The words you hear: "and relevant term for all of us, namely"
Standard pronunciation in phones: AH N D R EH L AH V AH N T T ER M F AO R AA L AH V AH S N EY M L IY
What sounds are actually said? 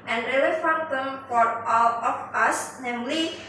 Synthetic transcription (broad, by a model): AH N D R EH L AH F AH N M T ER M F AO R AA L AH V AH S N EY M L IY